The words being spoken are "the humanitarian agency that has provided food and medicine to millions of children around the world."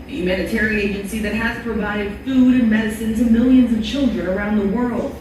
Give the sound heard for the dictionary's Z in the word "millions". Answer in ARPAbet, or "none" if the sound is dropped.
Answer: Z